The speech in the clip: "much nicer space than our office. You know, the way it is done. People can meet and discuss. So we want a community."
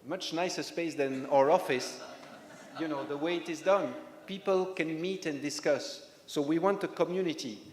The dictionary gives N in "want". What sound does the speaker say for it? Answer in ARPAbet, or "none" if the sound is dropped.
N